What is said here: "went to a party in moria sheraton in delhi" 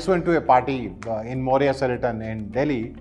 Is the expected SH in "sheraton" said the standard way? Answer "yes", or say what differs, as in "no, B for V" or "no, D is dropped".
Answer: no, S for SH